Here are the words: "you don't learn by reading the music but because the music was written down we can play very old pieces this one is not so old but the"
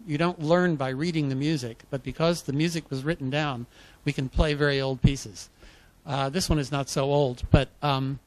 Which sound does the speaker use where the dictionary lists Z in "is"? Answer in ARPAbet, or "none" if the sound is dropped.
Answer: Z